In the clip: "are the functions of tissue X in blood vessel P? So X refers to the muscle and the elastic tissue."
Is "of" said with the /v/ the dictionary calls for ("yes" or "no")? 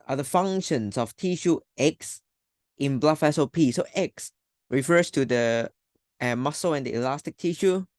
no